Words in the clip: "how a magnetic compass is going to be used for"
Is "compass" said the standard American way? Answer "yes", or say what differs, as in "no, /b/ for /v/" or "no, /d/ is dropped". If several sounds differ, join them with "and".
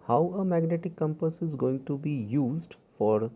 yes